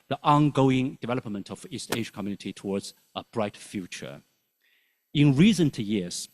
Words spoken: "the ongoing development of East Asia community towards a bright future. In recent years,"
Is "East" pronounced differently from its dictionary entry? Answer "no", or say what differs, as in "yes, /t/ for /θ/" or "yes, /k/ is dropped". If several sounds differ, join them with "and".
no